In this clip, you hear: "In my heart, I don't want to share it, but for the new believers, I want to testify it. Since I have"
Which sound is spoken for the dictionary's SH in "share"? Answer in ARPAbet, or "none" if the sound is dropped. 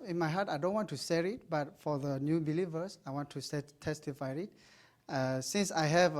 S